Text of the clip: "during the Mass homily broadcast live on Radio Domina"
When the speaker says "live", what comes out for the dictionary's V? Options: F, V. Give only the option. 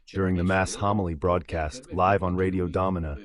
V